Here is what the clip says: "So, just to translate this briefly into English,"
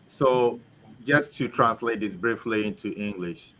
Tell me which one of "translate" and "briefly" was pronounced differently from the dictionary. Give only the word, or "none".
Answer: none